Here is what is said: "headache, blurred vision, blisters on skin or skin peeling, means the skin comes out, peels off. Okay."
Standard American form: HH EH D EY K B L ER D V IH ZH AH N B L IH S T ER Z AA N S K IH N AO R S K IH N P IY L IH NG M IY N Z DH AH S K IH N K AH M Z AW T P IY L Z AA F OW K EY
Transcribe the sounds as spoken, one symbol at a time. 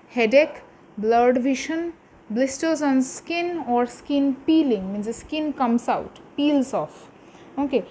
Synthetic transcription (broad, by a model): HH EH D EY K B L ER D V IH SH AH N B L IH S T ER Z AA N S K IH N AO R S K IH N P IY L IH NG M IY N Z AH S K IH N K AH M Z AW T P IY L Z AA F OW K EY